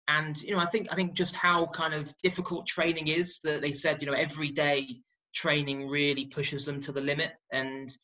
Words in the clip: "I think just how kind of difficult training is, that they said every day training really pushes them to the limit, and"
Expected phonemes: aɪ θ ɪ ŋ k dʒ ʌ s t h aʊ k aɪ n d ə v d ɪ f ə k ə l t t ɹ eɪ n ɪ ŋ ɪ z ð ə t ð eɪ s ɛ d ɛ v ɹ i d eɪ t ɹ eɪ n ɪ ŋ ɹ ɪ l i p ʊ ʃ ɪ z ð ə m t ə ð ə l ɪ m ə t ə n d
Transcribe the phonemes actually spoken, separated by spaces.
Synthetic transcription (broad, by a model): aɪ θ ɪ ŋ k dʒ ʌ s t h aʊ k aɪ n d ə v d ɪ f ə k ə l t t ɹ eɪ n ɪ ŋ ɪ z ð ə t ð eɪ s ɛ d ɛ v ɹ i d eɪ t ɹ eɪ n ɪ ŋ ɹ ɪ l i p ʊ ʃ ɪ z ð ə m t ə ð ə l ɪ m ə t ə n